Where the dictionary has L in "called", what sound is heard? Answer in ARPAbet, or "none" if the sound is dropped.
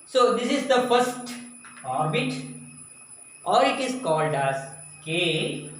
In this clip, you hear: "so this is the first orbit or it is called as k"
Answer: L